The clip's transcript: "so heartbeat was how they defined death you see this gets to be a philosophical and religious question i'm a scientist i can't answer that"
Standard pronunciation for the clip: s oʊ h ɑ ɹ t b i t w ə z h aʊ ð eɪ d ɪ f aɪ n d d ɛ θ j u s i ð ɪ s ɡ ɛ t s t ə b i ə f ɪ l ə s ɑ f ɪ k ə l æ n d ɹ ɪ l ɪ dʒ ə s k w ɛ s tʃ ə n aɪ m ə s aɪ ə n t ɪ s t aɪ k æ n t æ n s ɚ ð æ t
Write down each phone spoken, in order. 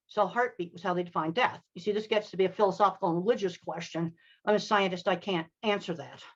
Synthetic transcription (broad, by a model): s oʊ h ɑ ɹ t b i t w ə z h aʊ ð eɪ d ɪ f aɪ n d d ɛ θ j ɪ s i ð ɪ s ɡ ɛ t s t ə b i ə f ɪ l ə s ɑ f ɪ k l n ɹ ɪ l ɪ dʒ ə s k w ɛ s tʃ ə n aɪ m ə s aɪ ə n t ɪ s t aɪ k æ n t æ n s ɚ ð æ t